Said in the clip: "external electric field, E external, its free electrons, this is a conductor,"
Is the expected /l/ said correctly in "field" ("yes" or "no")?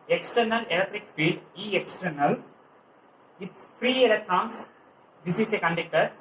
no